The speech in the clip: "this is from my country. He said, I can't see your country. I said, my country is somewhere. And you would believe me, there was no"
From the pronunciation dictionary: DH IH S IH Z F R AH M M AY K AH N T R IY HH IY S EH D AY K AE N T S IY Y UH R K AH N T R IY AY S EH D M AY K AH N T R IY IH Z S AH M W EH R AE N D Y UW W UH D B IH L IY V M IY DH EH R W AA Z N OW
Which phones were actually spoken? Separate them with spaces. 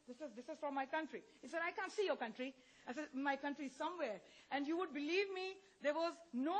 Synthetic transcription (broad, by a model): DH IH S IH Z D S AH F M AY K AH N T R IY HH IY S EH D AY K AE N T S IY Y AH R K AH N T R IY AY S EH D M AY K AH N T R IY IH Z S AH M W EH R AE N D Y UW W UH D B IH L IY V M IY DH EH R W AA Z N OW